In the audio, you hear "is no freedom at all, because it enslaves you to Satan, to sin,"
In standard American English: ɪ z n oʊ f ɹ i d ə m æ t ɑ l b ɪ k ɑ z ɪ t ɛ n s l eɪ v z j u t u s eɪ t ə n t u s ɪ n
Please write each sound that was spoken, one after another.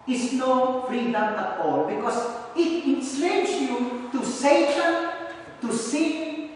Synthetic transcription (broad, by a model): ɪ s n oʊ f ɹ i d ə m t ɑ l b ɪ k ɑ s ɪ t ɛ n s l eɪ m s j u t u s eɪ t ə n t u s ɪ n